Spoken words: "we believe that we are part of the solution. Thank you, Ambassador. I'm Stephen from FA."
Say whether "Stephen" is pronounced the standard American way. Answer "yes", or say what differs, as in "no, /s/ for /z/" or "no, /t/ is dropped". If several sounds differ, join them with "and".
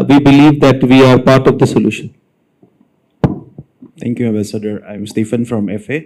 no, /f/ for /v/